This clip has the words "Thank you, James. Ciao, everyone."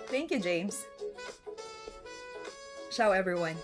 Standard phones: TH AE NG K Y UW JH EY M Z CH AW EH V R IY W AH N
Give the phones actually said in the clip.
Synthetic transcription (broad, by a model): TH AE NG K Y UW JH EY M Z SH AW EH V R IY W AH N